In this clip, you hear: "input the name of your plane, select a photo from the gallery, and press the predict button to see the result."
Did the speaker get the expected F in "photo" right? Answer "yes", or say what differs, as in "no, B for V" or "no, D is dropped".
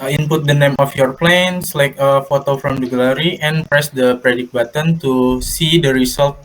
yes